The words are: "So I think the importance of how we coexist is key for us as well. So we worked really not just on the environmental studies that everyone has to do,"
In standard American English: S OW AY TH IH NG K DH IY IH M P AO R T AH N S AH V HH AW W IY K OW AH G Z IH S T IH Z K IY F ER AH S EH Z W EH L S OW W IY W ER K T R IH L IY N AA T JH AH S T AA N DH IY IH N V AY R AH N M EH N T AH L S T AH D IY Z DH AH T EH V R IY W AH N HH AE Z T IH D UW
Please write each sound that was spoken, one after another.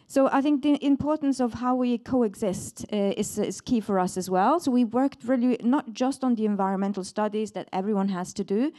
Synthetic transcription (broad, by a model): S OW AY TH IH NG K DH IY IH M P AO R T N S AH V HH AW W IY K OW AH G Z IH S T IH Z K IY F ER AH S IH Z W EH L S OW W IY W ER K T R IH L IY N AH T JH AH S T N DH IY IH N V AY R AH N M EH N T L S T AH D IY Z DH AH T EH V R IY W AH N HH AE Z T IH D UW